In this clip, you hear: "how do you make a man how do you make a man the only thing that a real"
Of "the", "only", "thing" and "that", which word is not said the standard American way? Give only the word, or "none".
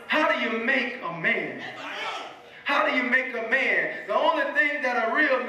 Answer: none